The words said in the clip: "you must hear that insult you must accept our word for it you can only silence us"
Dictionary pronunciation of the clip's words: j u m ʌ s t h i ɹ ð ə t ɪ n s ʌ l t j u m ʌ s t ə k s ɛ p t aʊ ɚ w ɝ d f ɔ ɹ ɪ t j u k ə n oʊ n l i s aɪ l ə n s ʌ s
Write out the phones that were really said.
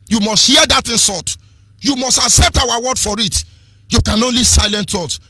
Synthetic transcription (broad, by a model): j u m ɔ s t h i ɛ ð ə t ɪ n s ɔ t j u m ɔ s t ə k s ɛ p t aʊ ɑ w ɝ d f ɔ ɹ ɪ t j u k ə n oʊ n l i s aɪ l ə n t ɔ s